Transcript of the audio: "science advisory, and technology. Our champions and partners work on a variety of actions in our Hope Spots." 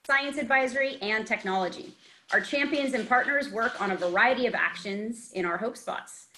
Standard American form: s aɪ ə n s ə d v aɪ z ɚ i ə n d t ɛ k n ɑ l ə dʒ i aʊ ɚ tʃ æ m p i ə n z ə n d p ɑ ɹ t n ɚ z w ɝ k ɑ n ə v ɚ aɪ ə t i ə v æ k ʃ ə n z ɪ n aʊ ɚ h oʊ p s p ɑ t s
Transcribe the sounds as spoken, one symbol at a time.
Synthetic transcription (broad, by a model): s aɪ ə n s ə d v aɪ z ɚ i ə n t ɛ k n ɑ l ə dʒ i aʊ ɚ tʃ æ m p i ə n z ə n p ɑ ɹ t n ɚ z w ɝ k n ə v ɚ aɪ ə t i ə v æ k ʃ ə n z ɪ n aʊ ɚ h oʊ p s p ɑ t s